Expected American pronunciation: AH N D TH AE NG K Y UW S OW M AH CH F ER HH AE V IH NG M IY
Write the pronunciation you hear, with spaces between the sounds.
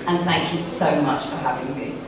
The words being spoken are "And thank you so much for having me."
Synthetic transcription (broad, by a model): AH N TH AE NG K Y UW S OW M AH CH F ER HH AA V IH NG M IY